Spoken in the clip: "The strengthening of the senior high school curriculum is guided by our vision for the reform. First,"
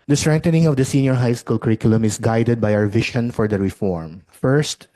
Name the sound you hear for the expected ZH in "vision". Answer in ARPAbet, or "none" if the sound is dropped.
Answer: SH